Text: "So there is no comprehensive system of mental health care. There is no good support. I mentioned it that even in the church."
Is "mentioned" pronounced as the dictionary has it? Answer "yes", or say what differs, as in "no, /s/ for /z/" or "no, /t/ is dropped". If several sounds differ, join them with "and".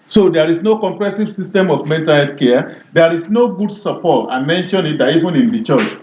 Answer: no, /d/ is dropped